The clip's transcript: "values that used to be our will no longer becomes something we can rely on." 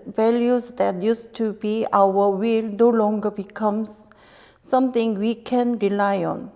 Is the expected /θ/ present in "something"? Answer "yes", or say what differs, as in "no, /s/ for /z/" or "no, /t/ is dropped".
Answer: no, /t/ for /θ/